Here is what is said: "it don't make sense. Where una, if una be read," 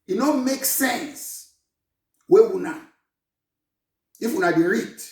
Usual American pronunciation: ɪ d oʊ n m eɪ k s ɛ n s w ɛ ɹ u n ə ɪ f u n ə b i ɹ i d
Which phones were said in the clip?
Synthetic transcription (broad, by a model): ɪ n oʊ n m eɪ k s ɛ n s w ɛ w u n ə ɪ f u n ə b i ɹ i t